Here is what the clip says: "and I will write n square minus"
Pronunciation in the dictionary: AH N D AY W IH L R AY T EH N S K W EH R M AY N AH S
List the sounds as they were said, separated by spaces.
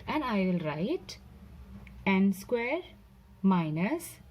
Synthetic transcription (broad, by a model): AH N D AY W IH L R AY T EH N S K W EH R M AY N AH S